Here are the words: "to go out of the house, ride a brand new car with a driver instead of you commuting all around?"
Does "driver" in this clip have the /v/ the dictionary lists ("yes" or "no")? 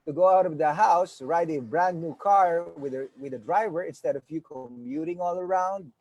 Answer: yes